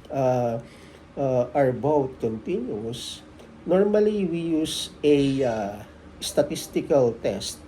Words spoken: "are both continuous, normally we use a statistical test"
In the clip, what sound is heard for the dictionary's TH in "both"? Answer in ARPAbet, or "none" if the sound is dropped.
T